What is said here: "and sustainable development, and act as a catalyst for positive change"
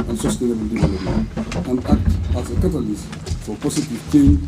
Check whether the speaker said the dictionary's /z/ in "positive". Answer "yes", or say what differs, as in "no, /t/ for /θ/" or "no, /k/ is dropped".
no, /s/ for /z/